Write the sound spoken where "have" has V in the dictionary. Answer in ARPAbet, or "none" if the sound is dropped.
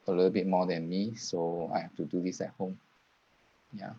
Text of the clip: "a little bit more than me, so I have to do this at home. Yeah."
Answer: F